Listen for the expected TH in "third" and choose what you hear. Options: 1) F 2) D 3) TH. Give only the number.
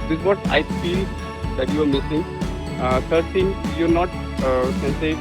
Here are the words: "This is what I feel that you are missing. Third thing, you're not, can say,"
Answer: 1